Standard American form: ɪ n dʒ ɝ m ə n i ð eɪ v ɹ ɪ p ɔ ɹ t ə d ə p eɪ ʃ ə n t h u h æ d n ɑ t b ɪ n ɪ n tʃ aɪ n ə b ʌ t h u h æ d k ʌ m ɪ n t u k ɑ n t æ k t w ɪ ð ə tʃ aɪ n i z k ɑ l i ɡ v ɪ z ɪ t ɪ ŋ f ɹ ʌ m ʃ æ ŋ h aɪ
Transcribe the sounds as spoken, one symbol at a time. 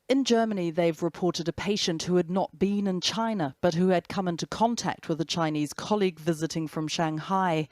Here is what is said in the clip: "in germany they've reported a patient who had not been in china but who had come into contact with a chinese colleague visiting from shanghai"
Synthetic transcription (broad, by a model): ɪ n dʒ ɝ m ə n i ð eɪ v ɹ ɪ p ɔ ɹ t ə d ə p eɪ ʃ ə n t h u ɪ d n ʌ t b ɪ n ɪ n tʃ aɪ n ə b ʌ t h u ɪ d k ʌ m ɪ n t u k ɑ n t æ k t w ɪ ð ə tʃ aɪ n i z k ɑ l i ɡ v ɪ z ɪ t ɪ ŋ f ɹ ʌ m ʃ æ ŋ h aɪ